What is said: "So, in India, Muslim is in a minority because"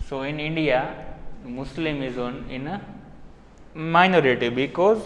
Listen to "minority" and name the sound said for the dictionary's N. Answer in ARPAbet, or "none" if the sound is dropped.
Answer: N